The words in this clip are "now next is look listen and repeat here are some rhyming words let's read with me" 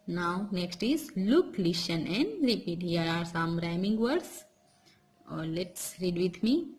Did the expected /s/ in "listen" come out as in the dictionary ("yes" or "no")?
no